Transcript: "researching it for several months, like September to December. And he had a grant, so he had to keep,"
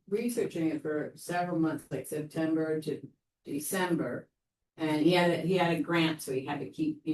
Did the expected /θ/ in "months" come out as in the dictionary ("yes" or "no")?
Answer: yes